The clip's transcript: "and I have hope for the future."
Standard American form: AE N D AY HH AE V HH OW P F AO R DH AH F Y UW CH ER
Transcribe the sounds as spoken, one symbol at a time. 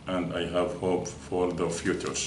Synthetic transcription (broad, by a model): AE N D AY HH AE V HH OW P F AO R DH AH F Y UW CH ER